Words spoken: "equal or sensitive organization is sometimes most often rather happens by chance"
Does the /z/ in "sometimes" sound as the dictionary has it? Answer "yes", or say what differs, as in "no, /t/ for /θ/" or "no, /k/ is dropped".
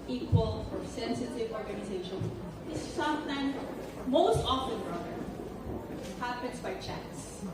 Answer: no, /z/ is dropped